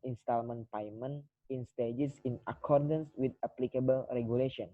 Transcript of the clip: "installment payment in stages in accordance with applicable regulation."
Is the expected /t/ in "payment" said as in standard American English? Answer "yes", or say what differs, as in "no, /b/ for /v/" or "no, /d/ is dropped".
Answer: no, /t/ is dropped